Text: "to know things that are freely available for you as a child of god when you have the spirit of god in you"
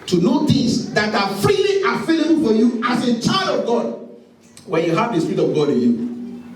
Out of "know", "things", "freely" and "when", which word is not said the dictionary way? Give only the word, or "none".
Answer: things